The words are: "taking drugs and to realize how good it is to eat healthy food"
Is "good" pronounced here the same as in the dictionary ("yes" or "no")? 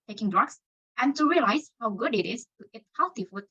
yes